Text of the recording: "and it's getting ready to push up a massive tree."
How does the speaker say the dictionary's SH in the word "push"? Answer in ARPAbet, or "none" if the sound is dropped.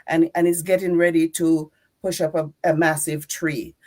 SH